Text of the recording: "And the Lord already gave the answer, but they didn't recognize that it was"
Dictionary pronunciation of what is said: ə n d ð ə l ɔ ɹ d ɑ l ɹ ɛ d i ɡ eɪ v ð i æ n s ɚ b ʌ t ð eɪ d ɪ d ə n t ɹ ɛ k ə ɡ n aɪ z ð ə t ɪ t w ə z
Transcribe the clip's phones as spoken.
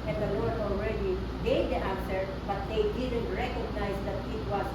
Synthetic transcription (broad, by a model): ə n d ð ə w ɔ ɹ ɑ l ɹ ɛ d i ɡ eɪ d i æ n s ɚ b ʌ t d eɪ d ɪ d ə n t ɹ ɛ k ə ɡ n aɪ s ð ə t ɪ t w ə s